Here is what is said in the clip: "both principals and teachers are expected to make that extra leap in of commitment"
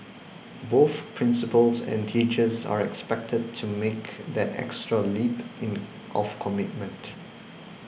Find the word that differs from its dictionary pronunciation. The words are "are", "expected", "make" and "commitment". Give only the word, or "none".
none